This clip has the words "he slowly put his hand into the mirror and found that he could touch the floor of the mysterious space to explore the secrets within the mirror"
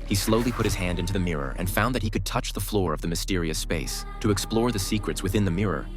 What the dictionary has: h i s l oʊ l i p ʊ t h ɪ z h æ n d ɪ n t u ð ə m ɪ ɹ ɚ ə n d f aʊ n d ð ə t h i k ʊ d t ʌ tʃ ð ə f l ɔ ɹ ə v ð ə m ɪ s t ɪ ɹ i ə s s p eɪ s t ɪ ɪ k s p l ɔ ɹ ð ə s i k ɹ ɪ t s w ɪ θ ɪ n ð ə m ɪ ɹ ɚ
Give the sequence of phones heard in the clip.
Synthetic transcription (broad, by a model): h i s l oʊ l i p ʊ t h ɪ z h æ n d ɪ n t u ð ə m ɪ ɹ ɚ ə n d f aʊ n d ð ə t h i k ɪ d t ʌ tʃ ð ə f l ɔ ɹ ə v ð ə m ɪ s t ɪ ɹ i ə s s p eɪ s t ɪ ɪ k s p l ɔ ɹ ð ə s i k ɹ ɪ t s w ɪ θ ɪ n ð ə m ɪ ɹ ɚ